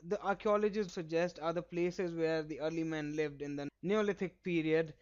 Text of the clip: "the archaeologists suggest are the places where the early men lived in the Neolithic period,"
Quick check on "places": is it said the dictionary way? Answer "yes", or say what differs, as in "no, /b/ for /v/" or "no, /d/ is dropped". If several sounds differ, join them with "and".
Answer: yes